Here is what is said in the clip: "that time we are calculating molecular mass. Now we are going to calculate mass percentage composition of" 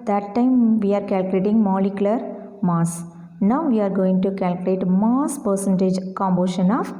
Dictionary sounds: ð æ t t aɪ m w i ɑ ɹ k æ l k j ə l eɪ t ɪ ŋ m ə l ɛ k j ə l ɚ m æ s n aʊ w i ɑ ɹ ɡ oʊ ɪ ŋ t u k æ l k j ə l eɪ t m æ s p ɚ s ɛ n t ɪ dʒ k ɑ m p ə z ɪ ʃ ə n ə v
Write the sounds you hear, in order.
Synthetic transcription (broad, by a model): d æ t t aɪ m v i ɑ ɹ k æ l k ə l eɪ t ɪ ŋ m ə l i k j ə l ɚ m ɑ s n aʊ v i ɑ ɹ ɡ oʊ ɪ ŋ t u k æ l k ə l eɪ t m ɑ s p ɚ s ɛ n t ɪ dʒ k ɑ m b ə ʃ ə n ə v